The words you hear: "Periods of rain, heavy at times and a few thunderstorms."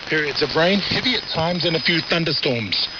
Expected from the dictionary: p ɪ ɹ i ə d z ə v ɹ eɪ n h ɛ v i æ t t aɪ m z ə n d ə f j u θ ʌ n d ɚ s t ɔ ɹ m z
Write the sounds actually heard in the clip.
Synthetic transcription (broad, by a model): p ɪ ɹ i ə d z ə v ɹ eɪ n h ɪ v i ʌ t t aɪ m z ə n ə f j u θ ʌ n d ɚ s t ɔ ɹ m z